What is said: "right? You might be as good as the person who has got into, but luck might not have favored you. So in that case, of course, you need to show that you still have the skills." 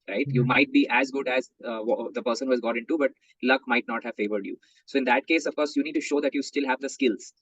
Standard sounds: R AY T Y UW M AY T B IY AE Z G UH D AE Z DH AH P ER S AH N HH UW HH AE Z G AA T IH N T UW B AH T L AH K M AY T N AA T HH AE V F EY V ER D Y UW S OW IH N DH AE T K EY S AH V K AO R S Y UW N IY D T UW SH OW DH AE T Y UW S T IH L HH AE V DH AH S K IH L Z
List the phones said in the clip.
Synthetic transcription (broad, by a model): R AY T Y UW M AY T B IY AE Z G UH D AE Z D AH P ER S AH N HH UW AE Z G AA T IH N T UW B AH T L AH K M AY T N AA T HH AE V F EY V ER D Y UW S OW IH N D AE T K EY S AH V K AO R S Y UW N IY D T UW SH OW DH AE T Y UW S T IH L HH AE V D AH S K IH L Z